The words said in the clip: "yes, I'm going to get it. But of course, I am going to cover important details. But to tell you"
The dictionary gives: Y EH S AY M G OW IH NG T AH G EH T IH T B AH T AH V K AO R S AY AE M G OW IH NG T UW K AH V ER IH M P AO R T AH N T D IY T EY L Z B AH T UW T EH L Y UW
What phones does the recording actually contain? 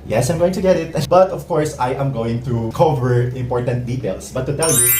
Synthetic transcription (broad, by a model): Y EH S AY M G OW IH NG T AH G EH T IH T B AH T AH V K AO R S AY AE M G OW IH NG T UW K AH V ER IH M P AO R T AH N T D IY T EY L S B AH T UW T EH L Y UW